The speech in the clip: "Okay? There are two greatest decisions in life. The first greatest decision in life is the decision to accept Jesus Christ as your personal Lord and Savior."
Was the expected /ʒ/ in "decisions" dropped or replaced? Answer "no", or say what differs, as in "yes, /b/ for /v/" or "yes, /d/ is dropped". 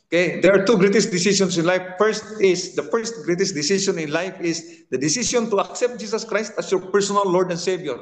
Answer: yes, /s/ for /ʒ/